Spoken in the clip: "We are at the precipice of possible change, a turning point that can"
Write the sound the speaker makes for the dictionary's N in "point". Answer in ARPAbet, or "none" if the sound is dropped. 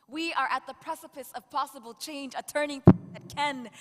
none